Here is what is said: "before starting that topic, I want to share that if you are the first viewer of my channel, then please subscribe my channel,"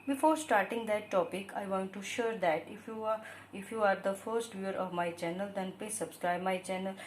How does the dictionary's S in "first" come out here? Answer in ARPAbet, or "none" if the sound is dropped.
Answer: S